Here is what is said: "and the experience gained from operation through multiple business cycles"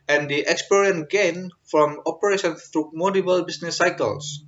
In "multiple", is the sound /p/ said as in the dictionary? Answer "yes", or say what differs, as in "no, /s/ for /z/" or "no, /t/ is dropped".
no, /b/ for /p/